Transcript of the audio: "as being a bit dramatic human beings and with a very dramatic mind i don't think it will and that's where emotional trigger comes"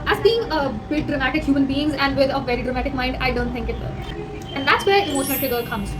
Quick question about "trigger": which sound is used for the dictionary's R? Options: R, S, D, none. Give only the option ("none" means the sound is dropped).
none